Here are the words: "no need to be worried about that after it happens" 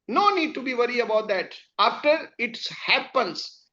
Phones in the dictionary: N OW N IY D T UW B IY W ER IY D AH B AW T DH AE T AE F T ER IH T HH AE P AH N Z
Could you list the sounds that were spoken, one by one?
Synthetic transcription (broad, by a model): N OW N IY D T UW B IY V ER IY AH B AW T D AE T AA F T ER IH T HH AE P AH N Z